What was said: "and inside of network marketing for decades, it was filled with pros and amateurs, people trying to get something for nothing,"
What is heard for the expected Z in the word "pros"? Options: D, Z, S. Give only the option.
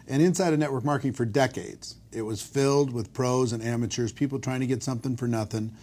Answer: Z